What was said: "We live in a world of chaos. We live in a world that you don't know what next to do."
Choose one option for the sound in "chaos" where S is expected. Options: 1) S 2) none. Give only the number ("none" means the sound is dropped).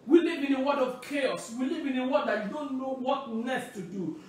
1